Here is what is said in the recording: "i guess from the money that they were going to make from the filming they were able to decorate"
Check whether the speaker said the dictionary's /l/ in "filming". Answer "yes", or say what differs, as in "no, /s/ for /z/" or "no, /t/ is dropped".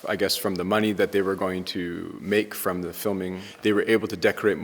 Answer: yes